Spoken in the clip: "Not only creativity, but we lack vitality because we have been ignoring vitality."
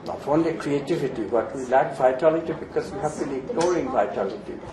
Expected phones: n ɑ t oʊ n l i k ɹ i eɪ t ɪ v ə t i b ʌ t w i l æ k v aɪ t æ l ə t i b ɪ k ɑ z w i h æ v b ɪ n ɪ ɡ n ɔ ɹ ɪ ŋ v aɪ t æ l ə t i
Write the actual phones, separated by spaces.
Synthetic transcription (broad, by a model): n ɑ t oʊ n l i k ɹ i eɪ t ɪ v ə t i b ʌ t w i l æ k v aɪ t æ l ə t i b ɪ k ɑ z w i h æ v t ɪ l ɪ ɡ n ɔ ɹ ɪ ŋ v aɪ t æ l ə t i